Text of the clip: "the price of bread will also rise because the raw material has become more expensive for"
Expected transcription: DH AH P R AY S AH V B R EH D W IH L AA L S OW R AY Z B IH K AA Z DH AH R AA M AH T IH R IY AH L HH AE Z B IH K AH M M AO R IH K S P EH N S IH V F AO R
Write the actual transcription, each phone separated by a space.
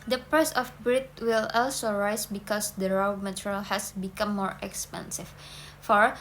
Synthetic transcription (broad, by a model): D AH P EH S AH F B R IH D W IH L AA L S OW R AY S B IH K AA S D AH R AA M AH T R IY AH L HH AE S B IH K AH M M AO R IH K S P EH N S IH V F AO R